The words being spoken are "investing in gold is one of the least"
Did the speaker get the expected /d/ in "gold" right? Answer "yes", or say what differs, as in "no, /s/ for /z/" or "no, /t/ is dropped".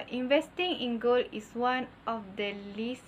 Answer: no, /d/ is dropped